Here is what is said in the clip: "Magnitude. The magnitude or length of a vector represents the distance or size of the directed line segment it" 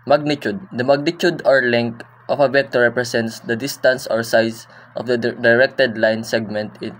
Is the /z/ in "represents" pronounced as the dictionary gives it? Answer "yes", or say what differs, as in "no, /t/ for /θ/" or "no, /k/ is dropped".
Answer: no, /s/ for /z/